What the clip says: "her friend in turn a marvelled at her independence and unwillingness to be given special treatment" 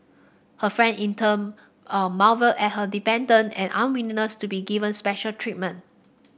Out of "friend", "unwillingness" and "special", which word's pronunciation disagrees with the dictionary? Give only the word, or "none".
unwillingness